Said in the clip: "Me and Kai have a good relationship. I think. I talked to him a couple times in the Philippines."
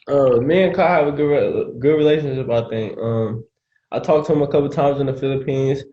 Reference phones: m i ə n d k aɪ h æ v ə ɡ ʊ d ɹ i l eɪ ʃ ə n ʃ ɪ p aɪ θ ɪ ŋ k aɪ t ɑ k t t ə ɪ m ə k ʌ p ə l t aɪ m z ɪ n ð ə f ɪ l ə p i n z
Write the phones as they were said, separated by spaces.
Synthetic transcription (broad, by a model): m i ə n k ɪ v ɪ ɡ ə ɡ ʊ d ɹ i l eɪ ʃ ə n ʃ ɪ p aɪ θ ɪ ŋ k aɪ t ɑ k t t ə ɪ m ə k ʌ p l t aɪ m z ɪ n ð ə f ɪ l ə p i n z